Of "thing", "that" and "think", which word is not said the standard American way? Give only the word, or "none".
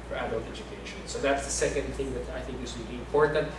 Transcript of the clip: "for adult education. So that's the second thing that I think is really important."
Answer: none